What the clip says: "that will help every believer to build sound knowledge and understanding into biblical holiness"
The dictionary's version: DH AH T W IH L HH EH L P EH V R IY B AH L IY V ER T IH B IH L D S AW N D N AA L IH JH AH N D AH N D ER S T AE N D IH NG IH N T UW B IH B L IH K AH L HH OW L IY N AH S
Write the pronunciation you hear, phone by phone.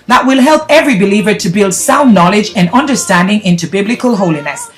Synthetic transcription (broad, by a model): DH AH T W IH L HH EH L P EH V R IY B AH L IY V ER T IH B IH L D S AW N N AA L IH JH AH N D AH N D ER S T AE N D IH NG IH N T UW B IH B L IH K AH L HH OW L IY N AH S